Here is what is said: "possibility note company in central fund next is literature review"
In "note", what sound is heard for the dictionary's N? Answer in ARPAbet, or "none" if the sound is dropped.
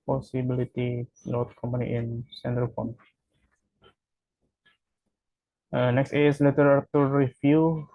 L